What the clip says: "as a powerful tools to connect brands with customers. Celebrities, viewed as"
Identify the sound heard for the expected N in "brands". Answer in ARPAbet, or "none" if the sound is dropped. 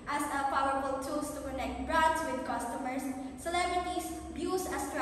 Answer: none